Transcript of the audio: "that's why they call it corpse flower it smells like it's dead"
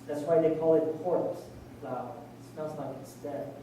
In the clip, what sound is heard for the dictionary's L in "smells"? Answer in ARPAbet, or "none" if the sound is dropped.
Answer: N